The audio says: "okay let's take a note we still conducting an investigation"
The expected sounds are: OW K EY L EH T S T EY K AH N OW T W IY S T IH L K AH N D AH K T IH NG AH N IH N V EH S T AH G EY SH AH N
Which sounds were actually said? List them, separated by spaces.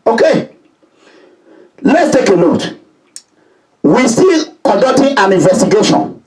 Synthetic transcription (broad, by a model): OW K EY L EH T S T EY K AH N OW T W IY S T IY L K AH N D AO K T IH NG AH N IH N V EH S T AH G EY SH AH N